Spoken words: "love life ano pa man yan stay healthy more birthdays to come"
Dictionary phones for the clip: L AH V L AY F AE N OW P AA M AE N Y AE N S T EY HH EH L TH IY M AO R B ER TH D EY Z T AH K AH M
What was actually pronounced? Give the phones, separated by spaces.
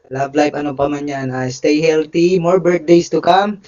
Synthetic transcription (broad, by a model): L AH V L AY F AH N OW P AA M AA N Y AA N S T EY HH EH L T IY M AO R B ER T D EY S T AH K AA M